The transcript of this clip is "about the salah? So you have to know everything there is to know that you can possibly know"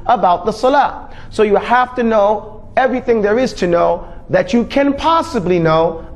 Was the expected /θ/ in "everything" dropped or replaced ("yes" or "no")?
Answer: no